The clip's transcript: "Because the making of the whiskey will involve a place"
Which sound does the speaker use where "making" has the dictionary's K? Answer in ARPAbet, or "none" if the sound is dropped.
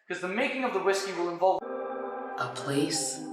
K